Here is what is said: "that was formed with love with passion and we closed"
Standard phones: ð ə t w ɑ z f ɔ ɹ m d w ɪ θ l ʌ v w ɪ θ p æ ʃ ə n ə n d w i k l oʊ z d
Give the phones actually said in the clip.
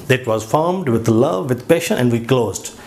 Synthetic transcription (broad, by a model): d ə t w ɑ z f ɔ ɹ m d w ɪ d l ʌ v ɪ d p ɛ ʃ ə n ə n d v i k l oʊ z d